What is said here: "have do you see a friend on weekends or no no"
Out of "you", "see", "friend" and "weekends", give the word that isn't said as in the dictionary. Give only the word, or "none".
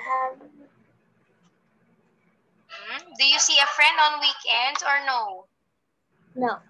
weekends